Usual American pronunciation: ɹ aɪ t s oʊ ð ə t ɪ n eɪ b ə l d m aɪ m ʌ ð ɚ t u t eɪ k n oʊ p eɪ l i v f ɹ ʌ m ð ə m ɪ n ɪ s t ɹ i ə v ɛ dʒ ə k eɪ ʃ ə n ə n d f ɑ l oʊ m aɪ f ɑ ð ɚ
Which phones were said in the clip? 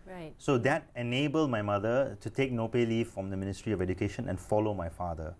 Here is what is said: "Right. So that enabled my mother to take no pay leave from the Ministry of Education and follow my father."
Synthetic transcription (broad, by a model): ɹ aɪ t s oʊ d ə t ɪ n eɪ b ə l d m aɪ m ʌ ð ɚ t u t eɪ k n oʊ p eɪ l i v f ɹ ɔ m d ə m ɪ n ɪ s t ɹ i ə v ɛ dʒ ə k eɪ ʃ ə n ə n f ɑ l oʊ m aɪ f ɑ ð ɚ